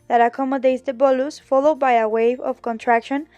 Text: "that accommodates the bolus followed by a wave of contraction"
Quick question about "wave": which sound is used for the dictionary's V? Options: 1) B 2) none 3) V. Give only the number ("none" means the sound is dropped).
3